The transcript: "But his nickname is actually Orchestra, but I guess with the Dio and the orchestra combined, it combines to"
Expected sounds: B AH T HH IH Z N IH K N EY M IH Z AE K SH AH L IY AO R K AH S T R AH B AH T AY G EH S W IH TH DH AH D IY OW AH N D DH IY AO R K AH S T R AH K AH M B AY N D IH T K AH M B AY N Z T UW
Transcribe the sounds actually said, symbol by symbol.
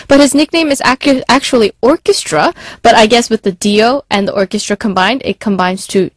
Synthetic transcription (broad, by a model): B AH T HH IH Z N IH K N EY M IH Z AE K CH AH L IY AO R K AH S T R AH B AH T AY G EH S W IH DH AH D IY OW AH N DH IY AO R K AH S T R AH K AH M B AY N D IH T K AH M B AY N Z T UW